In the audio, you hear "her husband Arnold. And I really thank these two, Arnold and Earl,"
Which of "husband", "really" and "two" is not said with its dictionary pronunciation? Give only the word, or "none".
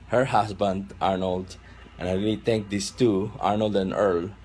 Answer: husband